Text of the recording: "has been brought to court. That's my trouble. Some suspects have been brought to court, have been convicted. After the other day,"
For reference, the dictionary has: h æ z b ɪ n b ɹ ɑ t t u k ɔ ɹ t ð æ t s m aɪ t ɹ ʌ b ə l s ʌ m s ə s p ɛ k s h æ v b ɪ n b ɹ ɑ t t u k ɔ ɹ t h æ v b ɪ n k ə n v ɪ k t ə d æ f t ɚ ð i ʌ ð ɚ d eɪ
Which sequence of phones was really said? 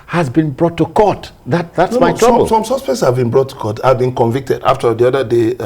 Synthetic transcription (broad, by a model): h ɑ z b ɪ n b ɹ ɑ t t u k ɔ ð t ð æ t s m aɪ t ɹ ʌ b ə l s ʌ m s ə s p ɛ k s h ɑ v b ɪ n b ɹ ɑ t t u k ɔ t h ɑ v b ɪ n k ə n v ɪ k t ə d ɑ f t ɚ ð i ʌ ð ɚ d eɪ